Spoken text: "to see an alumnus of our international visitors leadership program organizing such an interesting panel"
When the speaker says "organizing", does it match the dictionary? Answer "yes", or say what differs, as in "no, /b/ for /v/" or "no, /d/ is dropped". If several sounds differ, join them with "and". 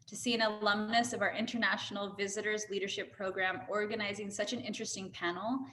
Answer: yes